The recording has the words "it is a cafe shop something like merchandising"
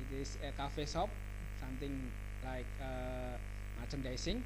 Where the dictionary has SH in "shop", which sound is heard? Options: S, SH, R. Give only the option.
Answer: S